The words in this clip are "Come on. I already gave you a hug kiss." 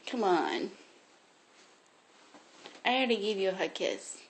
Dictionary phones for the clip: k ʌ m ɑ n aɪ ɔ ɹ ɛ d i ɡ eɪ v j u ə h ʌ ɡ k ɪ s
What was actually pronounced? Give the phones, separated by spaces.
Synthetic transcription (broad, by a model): k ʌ m ɑ n aɪ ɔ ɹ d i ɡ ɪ v j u ə h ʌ k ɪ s